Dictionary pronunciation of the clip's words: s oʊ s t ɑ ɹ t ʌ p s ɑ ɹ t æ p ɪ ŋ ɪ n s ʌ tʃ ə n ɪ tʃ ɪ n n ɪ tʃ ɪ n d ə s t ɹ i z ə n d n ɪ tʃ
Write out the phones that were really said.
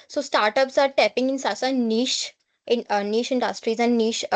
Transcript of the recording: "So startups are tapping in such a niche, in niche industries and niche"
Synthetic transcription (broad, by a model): s oʊ s t ɑ ɹ t ʌ p s ɑ ɹ t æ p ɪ ŋ ɪ n s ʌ s ə n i ʃ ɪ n n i ʃ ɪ n d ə s t ɹ i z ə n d n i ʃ